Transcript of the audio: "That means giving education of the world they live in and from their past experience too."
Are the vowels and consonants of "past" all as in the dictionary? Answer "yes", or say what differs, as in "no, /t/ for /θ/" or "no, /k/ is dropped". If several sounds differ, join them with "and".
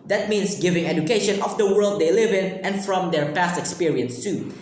yes